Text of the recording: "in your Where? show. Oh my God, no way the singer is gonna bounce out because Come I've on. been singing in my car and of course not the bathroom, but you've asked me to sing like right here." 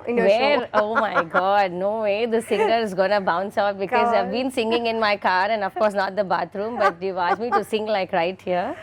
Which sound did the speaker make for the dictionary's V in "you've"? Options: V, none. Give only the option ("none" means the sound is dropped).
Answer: none